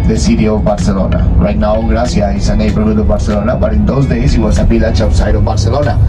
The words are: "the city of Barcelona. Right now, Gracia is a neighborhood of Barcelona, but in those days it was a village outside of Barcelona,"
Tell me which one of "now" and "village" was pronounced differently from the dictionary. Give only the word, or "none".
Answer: village